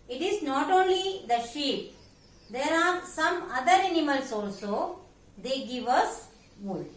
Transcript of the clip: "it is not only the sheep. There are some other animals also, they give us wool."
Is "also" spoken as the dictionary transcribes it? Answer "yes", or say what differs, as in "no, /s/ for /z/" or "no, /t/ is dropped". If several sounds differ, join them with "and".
yes